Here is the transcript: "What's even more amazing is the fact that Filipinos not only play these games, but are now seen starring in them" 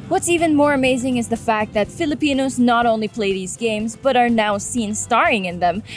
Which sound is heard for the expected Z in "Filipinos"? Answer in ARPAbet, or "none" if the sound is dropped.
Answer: Z